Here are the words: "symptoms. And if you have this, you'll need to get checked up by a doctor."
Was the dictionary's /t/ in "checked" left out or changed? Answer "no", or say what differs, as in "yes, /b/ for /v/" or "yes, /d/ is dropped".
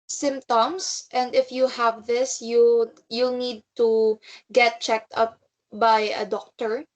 no